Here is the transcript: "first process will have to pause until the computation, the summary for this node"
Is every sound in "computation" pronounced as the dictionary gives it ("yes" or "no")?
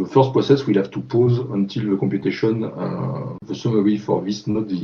no